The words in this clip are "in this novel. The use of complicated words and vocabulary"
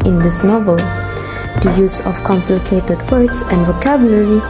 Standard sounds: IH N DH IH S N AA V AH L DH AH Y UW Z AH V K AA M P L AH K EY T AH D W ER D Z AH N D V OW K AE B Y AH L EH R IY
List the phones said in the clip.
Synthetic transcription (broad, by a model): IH N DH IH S N AA V AH L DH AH Y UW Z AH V K AA M P L AH K EY T AH D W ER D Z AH N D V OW K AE B Y L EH R IY